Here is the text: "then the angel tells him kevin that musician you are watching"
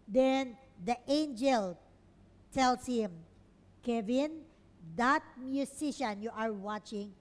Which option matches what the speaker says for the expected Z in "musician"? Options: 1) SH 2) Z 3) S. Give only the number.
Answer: 3